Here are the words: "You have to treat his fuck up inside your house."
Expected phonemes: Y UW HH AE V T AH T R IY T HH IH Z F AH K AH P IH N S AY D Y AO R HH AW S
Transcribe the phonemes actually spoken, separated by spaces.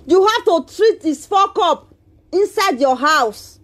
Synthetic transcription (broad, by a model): Y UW HH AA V T AH T R IY T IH S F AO K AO P IH N S AY D Y AO HH AW S